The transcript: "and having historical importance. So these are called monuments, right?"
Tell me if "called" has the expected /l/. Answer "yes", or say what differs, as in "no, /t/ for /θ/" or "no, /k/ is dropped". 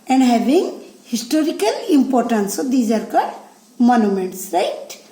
no, /l/ is dropped